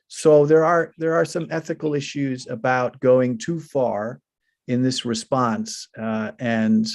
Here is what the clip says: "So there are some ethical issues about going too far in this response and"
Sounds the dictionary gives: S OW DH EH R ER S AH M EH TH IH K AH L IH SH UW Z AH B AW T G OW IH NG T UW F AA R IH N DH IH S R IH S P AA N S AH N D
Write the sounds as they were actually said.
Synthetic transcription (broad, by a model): S OW DH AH R ER S AH M EH TH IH K L IH SH UW Z AH B AW T G OW IH NG T UW F AA R IH N DH IH S R IH S P AA N S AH N